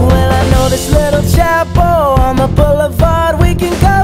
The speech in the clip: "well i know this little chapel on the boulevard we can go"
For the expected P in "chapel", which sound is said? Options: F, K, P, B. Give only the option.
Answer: B